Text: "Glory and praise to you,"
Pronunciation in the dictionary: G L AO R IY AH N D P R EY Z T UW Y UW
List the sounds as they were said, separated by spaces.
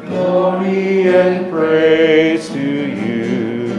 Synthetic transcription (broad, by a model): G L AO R IY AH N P R EY T UW Y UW